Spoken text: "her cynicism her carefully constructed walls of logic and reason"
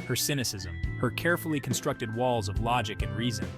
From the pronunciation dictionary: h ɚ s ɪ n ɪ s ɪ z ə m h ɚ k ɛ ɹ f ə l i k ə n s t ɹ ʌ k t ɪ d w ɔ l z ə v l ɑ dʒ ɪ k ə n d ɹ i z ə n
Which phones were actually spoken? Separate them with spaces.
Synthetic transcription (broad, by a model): h ɚ s ɪ n ɪ s ɪ z ə m h ɚ k ɛ ɹ f l i k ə n s t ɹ ʌ k t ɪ d w ɔ l z ə v l ɑ dʒ ɪ k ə n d ɹ i z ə n